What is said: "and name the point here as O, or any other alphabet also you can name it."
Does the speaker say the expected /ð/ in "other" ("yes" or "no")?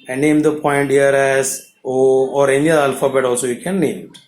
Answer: no